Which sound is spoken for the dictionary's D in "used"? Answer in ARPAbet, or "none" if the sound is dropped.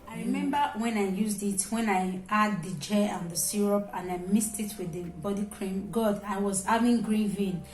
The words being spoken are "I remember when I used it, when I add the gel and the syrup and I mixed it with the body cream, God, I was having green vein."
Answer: D